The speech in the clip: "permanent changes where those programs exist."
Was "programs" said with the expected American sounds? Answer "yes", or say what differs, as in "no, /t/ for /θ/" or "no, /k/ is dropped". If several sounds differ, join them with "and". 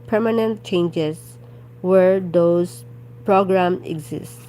no, /z/ is dropped